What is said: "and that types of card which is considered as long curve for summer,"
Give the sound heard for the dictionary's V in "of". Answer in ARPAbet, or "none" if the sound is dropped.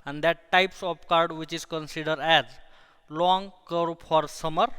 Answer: P